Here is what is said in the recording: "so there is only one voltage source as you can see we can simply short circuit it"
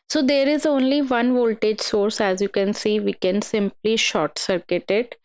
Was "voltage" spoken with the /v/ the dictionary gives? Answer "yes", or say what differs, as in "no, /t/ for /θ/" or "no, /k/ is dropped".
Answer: yes